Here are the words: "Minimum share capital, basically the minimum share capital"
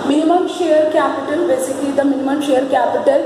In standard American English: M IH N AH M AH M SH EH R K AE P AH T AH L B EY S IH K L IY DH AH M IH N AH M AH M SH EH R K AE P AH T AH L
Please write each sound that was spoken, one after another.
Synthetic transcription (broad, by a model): M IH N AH M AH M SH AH R K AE P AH T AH L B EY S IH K IY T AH M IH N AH M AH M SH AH R K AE P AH T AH L